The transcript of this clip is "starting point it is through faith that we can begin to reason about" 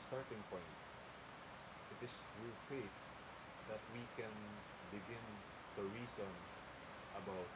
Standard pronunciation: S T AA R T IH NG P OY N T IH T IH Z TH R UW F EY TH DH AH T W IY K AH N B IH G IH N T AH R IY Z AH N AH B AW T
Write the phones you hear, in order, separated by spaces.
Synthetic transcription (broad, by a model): S T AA R T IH NG P OY N T IH T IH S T R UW F EY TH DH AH T W IY K AH N B IH G IH N T AH R IY S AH N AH B AW T